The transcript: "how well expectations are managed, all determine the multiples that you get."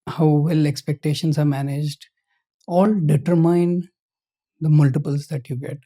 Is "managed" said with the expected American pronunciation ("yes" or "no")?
yes